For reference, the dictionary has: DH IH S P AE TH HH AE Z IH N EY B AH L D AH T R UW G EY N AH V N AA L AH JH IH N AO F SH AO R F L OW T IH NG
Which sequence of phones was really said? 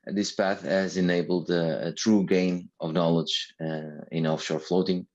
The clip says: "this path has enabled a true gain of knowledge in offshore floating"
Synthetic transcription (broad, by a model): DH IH S P AE TH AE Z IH N EY B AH L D AH T R UW G EY N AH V N AA L AH JH IH N AO F SH AO R F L OW T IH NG